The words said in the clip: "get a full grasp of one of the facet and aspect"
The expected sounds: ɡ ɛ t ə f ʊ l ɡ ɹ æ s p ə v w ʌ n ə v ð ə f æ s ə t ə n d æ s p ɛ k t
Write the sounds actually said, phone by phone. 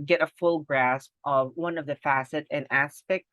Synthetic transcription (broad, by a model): ɡ ɛ t ə f ʊ l ɡ ɹ æ s p ə v w ʌ n ə v ð ə f æ s ə t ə n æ s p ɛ k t